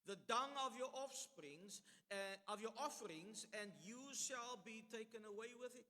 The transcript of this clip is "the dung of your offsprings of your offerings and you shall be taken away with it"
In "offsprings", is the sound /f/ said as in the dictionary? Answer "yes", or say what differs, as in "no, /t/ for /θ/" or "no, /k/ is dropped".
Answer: yes